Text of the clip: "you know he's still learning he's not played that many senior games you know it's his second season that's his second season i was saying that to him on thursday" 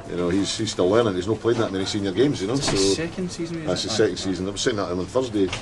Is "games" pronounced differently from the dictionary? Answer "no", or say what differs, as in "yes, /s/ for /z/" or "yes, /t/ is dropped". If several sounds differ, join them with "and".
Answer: no